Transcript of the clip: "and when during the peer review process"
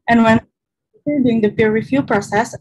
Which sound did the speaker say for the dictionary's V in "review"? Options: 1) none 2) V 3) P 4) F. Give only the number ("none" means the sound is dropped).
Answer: 4